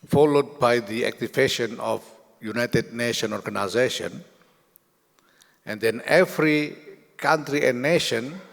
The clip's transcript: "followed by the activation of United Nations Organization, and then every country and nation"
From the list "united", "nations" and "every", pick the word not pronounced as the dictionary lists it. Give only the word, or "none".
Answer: nations